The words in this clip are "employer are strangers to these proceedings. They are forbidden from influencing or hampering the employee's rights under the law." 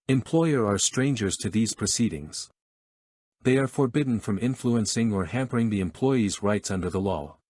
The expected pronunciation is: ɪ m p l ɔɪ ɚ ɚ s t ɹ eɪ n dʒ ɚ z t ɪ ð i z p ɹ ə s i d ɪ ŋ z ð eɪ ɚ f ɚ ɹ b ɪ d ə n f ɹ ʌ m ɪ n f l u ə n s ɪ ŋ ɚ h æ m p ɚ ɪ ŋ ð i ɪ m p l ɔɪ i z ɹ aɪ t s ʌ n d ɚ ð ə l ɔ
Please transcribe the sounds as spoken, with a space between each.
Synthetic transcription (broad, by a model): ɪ m p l ɔɪ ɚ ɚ s t ɹ eɪ n dʒ ɚ z t ɪ ð i z p ɹ ə s i d ɪ ŋ z ð eɪ ɚ f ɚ ɹ b ɪ d n f ɹ ʌ m ɪ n f l u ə n s ɪ ŋ ɚ h æ m p ɚ ɪ ŋ ð i ɪ m p l ɔɪ i z ɹ aɪ t s ʌ n d ɚ ð ə l ɔ